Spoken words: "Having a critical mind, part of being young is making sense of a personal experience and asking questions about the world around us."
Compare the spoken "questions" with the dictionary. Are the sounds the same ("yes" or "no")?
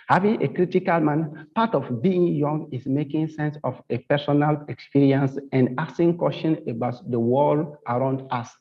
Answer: no